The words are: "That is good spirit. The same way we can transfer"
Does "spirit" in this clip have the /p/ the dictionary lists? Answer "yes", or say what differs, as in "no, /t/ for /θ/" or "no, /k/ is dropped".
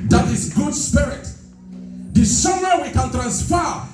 yes